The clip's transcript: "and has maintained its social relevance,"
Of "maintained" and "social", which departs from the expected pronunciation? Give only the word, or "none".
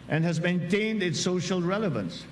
none